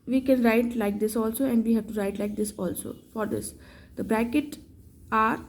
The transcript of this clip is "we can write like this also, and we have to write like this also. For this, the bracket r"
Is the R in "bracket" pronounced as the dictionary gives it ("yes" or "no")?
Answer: yes